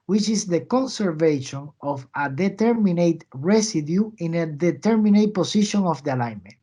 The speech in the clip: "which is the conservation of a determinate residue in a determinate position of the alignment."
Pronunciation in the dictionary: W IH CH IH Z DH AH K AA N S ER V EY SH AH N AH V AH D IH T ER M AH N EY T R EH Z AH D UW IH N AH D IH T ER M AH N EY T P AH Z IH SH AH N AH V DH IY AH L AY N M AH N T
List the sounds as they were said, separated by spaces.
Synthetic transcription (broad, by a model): W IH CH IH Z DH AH K AA N S ER V EY SH AH N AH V AH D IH T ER M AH N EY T R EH S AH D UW IH N AH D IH T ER M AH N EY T P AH S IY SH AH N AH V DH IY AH L AY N M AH N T